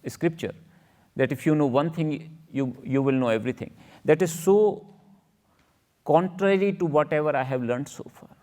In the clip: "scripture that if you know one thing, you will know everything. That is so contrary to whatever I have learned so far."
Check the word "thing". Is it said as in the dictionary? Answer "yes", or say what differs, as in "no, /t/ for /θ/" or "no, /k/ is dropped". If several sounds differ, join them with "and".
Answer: no, /t/ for /θ/